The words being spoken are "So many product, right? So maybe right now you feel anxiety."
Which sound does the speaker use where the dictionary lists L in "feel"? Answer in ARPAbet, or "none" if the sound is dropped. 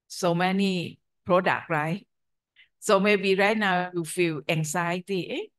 W